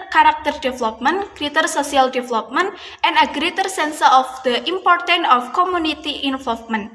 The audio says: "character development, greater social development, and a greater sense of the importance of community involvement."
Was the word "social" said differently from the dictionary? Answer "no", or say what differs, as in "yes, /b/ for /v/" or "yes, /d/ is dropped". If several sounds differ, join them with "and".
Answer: yes, /s/ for /ʃ/